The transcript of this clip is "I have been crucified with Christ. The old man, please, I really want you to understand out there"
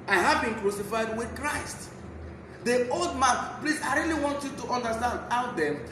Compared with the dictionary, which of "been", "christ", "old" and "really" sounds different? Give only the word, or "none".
none